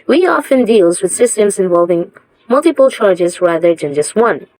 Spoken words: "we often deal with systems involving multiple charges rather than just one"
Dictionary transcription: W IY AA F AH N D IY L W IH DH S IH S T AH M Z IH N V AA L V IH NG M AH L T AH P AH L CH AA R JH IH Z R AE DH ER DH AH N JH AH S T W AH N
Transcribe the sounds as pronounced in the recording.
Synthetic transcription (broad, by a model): W IY AA F AH N D IY L W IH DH S IH S T AH M Z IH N V AA L V IH NG M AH L T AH P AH L CH AA R JH IH Z R AE DH ER DH AH N JH AH S T W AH N